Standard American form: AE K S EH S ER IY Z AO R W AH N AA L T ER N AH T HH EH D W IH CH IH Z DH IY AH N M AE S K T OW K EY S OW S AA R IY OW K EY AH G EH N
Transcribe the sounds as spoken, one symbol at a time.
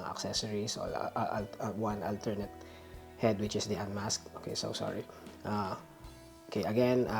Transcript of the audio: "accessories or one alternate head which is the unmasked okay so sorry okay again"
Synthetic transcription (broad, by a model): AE K S EH S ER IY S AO L W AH N AA L T ER N AH T HH EH D W IH CH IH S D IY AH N M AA S K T OW K EY S OW S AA R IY OW K EY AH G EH N